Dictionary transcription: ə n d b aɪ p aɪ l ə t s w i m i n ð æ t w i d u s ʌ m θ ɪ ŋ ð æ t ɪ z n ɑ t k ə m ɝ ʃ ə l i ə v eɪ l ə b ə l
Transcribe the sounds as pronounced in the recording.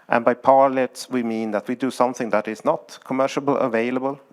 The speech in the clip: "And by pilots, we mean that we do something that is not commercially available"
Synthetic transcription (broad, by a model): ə n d b aɪ p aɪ l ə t s w i m i n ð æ t w i d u s ʌ m θ ɪ ŋ ð æ t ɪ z n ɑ t k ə m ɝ ʃ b l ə v eɪ l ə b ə l